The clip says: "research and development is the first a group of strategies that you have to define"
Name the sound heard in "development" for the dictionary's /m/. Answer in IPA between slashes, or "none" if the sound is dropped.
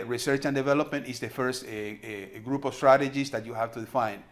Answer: /m/